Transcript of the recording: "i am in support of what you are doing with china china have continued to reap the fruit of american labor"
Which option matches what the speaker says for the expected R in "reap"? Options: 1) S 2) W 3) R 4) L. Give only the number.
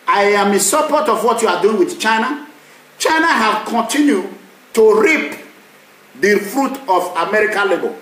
3